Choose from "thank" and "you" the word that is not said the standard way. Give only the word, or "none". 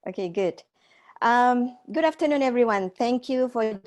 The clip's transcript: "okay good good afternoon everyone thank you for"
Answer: none